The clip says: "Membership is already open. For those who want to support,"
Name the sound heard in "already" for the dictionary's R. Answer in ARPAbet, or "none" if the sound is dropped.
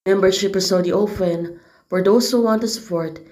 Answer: none